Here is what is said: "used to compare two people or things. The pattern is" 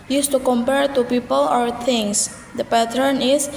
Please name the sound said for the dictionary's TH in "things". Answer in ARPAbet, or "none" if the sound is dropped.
T